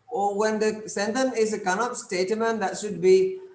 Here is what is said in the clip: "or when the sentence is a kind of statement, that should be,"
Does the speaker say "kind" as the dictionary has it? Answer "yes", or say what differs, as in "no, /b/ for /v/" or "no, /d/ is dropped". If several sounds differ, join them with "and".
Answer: no, /d/ is dropped